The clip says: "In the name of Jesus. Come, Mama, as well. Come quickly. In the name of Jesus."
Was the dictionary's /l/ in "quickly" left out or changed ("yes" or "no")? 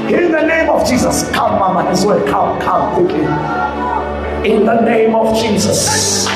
yes